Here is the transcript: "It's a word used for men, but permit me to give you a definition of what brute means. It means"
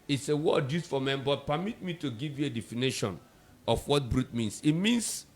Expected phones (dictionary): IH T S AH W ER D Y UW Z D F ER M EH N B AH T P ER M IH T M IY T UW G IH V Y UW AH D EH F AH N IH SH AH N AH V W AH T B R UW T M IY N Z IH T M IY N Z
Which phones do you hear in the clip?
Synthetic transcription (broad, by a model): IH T S AH W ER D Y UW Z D F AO M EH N B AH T P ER M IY T M IY T UW G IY V Y UW AH D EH F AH N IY SH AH N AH F W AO T B R UW T M IY N S IH T M IY N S